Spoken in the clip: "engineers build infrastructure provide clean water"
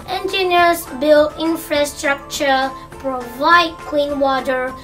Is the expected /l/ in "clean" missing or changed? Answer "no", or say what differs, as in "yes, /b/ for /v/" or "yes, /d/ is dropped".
yes, /w/ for /l/